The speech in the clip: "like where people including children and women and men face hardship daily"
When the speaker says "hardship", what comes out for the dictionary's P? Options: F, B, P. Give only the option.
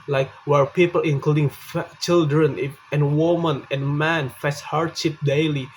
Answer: P